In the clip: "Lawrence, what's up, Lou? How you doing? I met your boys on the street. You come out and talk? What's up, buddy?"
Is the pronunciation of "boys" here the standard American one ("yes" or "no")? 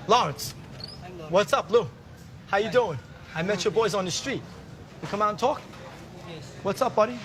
yes